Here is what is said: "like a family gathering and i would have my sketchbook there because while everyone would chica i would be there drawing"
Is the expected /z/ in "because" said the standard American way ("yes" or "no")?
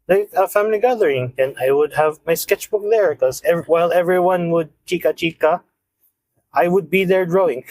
no